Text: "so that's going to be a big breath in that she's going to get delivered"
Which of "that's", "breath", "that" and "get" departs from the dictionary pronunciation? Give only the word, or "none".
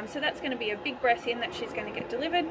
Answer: breath